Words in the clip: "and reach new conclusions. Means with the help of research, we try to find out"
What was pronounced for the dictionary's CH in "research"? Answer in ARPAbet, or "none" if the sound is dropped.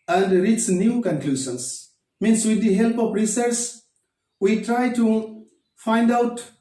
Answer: S